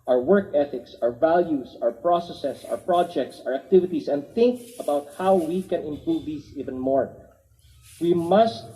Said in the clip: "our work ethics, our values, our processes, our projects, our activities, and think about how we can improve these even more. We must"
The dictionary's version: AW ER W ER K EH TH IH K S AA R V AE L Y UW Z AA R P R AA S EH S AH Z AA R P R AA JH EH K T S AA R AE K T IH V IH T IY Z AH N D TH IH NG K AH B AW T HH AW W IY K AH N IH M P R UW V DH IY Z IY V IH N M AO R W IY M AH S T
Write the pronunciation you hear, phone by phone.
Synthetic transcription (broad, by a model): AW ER W ER K EH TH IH K S AA R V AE L Y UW S AA R P R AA S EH S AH S AA R P R AA JH EH K T S AA R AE K T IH V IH T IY S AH N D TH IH NG K AH B AW T HH AW W IY K AH N IH M P R UW V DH IY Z IY V IH N M AO R W IY M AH S T